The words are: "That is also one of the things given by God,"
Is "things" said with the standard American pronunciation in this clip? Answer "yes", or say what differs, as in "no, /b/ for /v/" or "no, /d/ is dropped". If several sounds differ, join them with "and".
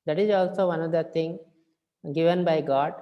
no, /t/ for /θ/ and /z/ is dropped